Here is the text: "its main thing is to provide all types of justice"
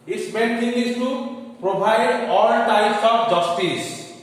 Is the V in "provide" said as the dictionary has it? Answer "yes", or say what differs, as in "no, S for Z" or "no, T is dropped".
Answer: no, B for V